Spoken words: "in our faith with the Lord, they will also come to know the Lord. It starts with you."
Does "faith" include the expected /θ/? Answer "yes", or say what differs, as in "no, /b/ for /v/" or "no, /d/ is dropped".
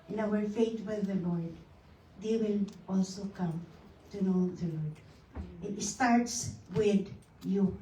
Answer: no, /t/ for /θ/